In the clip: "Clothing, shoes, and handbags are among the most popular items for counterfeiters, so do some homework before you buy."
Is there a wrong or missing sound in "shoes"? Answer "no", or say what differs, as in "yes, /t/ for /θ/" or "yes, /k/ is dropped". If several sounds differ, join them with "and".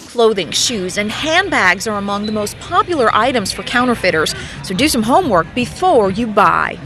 no